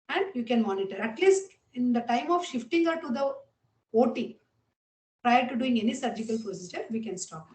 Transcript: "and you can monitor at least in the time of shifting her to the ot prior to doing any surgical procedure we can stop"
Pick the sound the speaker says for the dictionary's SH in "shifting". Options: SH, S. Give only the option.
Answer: SH